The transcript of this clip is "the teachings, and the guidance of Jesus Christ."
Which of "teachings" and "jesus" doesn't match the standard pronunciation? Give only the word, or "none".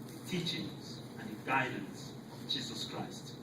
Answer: none